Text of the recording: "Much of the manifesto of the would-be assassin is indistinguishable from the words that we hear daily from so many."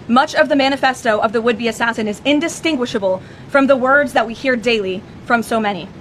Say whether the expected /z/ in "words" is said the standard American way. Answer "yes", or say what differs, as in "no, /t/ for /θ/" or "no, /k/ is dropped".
yes